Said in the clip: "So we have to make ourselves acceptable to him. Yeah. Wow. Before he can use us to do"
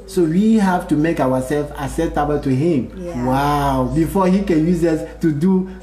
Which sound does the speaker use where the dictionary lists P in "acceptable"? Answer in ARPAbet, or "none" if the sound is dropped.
none